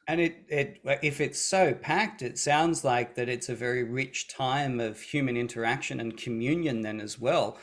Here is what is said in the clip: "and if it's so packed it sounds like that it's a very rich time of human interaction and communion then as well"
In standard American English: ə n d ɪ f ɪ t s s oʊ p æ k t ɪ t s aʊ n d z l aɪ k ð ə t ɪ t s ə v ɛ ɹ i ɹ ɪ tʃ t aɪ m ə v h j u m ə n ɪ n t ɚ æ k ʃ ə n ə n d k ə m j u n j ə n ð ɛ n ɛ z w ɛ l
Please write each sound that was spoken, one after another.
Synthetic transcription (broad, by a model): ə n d ɪ f ɪ t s s oʊ p æ k t ɪ t s aʊ n d z l aɪ k ð ə t ɪ t s ə v ɛ ɹ i ɹ ɪ tʃ t aɪ m ə v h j u m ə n ɪ n t ɚ æ k ʃ ə n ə n k ə m j u n j ə n ð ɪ n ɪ z w ɛ l